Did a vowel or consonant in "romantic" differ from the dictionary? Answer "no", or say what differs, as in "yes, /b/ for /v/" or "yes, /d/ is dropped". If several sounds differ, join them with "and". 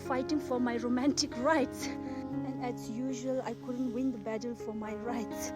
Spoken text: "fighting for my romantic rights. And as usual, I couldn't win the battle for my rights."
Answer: no